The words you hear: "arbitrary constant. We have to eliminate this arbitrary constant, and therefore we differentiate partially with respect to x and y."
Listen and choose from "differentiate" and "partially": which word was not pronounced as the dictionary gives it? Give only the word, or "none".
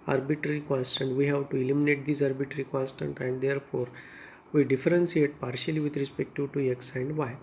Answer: differentiate